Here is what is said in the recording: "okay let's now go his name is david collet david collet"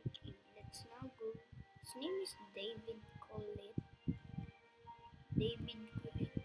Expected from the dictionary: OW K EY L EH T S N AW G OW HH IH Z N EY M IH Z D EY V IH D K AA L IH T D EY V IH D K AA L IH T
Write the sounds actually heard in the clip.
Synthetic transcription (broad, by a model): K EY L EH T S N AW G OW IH S N EY M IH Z D EY V IH D K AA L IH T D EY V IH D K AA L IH